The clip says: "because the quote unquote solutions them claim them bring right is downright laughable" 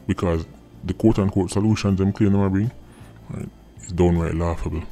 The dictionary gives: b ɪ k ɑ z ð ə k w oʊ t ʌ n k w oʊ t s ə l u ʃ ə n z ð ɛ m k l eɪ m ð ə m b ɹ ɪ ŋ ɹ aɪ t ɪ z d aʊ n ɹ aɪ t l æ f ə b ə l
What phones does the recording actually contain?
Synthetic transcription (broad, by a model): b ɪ k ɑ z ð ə k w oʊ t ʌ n k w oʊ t s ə l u ʃ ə n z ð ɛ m k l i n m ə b ɪ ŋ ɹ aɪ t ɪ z d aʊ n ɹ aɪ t l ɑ f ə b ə l